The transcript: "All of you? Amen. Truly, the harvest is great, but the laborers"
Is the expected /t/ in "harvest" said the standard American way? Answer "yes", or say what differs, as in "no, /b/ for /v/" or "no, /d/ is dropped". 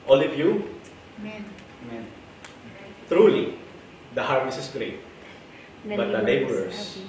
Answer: no, /t/ is dropped